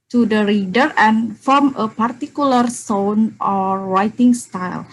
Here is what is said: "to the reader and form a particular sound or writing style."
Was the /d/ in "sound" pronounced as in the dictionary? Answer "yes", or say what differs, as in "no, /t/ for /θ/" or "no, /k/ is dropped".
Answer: no, /d/ is dropped